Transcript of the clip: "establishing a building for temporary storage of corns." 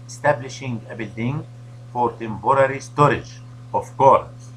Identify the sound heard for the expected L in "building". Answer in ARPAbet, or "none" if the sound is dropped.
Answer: L